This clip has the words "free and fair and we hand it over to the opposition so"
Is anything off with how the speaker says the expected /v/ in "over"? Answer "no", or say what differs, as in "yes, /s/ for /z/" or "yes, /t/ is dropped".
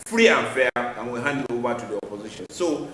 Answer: yes, /b/ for /v/